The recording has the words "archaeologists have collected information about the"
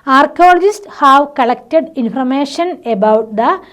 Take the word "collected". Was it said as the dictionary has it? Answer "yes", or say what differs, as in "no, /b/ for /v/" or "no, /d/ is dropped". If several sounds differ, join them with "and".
yes